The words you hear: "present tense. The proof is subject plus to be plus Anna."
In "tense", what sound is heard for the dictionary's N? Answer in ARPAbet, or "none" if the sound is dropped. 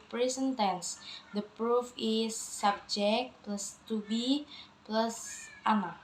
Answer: N